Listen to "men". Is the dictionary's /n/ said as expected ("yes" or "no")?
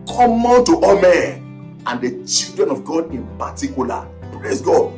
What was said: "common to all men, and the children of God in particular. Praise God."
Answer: no